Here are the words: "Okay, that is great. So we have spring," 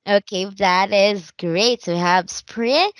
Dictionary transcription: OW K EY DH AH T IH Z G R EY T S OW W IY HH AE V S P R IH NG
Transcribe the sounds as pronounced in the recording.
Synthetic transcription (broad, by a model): OW K EY DH AH T IH Z G R EY T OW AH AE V S P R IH